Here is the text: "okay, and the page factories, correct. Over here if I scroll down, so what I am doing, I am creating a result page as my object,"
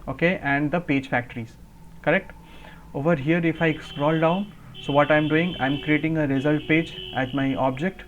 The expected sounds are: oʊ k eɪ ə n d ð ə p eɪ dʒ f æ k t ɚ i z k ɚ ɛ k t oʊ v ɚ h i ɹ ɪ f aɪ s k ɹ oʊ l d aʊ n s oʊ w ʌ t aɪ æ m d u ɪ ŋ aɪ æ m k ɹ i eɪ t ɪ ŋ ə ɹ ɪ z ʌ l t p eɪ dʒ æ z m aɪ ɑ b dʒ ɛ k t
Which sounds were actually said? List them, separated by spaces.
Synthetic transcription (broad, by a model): oʊ k eɪ ə n d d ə p eɪ dʒ f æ k t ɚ i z k ɚ ɛ k t oʊ v ɚ h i ɹ ɪ f aɪ s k ɹ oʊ l d aʊ n s oʊ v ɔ t aɪ m d u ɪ ŋ aɪ m k ɹ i eɪ t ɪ ŋ ə ɹ ɪ z ʌ l t p eɪ dʒ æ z m aɪ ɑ b dʒ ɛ k t